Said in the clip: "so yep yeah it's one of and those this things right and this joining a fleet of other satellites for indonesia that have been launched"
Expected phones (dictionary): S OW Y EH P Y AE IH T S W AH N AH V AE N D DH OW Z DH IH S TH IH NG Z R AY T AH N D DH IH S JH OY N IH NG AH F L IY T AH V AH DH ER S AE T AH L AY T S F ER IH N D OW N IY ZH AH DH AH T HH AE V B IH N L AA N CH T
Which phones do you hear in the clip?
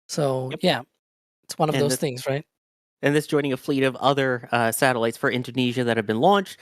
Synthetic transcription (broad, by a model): S OW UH Y AE IH T S W AH N AH V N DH OW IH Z TH IH NG Z R AY T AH N DH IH S JH OY N IH NG AH F L IY T AH V AH DH ER S AE T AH L AY T S F ER IH N D OW N IY ZH AH DH AH T HH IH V B IH N L AA N CH T